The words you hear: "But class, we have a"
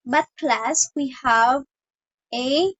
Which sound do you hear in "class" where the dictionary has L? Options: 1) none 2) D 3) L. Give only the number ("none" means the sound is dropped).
3